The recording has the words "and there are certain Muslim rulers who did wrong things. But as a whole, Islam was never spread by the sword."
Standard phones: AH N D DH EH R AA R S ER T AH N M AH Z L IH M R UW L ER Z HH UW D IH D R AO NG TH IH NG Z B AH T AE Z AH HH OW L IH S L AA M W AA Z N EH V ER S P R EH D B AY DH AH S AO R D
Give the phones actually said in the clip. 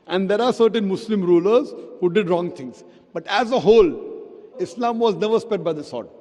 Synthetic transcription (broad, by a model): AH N D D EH R AA R S ER T AH N M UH S L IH M R UW L ER Z HH UW D IH D R AO NG T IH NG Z B AH T AE Z AH HH OW L IH S L AA M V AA Z N EH V ER S P EH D B AY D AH S AO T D